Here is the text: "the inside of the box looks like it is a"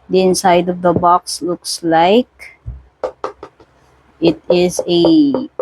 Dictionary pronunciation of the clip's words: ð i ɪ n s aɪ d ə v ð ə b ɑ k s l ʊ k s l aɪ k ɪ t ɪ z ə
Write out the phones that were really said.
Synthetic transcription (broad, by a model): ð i ɪ n s aɪ d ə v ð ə b ɑ k s l ʊ k s l aɪ k ɪ t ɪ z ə